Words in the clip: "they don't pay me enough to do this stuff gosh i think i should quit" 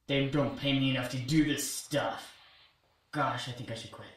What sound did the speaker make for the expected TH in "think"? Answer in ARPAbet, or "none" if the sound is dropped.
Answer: TH